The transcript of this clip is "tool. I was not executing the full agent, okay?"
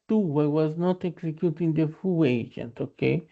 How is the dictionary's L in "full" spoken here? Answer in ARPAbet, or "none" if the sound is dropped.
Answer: W